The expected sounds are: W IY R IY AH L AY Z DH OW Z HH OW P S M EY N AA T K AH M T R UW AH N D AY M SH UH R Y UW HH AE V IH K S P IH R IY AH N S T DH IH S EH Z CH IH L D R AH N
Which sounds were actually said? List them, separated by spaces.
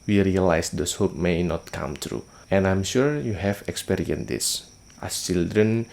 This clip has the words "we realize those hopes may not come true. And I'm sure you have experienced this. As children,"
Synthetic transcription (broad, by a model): W IY R IY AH L AY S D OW S HH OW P M EY N AA T K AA M T R UW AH N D AY M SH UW R Y UW HH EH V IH K S P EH R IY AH N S T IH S CH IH L D R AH N